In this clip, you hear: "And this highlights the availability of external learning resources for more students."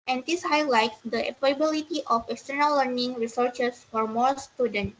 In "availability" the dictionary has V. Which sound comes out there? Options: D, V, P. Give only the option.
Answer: P